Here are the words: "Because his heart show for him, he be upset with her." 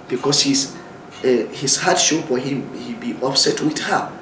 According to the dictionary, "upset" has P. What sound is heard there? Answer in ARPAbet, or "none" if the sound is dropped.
F